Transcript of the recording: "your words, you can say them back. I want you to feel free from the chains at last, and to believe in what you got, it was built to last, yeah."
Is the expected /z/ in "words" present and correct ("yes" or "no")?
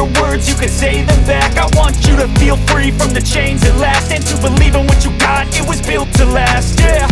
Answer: yes